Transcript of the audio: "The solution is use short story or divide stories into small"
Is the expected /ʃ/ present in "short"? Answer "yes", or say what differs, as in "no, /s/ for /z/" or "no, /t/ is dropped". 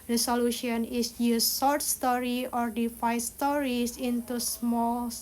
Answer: no, /s/ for /ʃ/